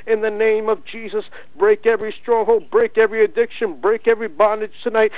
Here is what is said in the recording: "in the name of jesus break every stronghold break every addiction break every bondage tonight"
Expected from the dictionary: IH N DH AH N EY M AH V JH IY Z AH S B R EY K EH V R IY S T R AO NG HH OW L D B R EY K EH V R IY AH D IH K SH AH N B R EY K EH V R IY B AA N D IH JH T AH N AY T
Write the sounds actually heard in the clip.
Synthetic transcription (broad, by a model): IH N DH AH N EY M AH V JH IY Z AH S B R EY K EH V R IY S T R AO NG HH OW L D B R EY K EH V R IY AH D IH K SH AH N B R EY K EH V R IY B AA N D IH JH T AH N AY T